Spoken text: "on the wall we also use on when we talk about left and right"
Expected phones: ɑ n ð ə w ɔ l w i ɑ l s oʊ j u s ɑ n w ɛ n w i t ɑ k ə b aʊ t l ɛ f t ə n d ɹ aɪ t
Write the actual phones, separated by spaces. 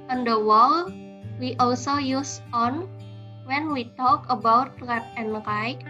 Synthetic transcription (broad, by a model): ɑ n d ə w ɔ l w i ɑ l s oʊ j u s ɑ n w ɛ n w i t ɑ k ə b aʊ t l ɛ t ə n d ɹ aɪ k